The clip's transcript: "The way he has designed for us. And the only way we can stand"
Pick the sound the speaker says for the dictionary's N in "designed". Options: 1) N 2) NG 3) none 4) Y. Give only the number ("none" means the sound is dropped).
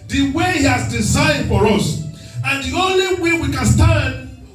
3